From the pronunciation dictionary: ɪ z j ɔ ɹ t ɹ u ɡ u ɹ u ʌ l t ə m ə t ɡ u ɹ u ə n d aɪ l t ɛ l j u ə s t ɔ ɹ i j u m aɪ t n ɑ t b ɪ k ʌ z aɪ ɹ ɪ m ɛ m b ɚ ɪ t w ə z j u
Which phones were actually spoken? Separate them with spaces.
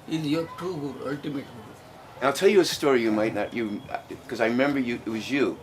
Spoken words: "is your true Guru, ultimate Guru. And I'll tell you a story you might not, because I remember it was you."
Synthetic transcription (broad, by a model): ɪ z j ɔ ɹ t u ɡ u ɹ ʌ l t ə m ə t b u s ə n aɪ l t ɛ l j ə s t ɔ ɹ i j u m aɪ t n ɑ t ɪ k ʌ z aɪ ɹ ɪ m ɛ m b ɚ ɪ t w ə z j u